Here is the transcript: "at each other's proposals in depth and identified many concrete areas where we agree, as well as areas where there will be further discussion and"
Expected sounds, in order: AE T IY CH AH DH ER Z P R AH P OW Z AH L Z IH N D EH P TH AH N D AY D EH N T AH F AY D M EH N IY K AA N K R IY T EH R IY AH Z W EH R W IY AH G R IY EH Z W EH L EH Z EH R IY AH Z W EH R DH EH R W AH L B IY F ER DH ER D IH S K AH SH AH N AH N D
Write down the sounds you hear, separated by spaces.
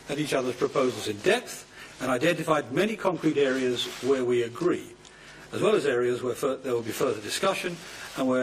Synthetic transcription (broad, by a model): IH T IY CH AH DH ER Z P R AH P OW Z L Z IH N D EH P TH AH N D AY D EH N T AH F AY D M EH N IY K AA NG K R IY T EH R IY AH Z W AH R W IY AH G R IY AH Z W EH L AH Z EH R IY AH Z W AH R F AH R W AH L B IY F ER DH ER D IH S K AH SH AH N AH N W